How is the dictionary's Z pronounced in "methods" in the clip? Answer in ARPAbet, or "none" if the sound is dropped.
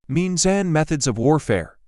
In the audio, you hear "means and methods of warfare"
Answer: Z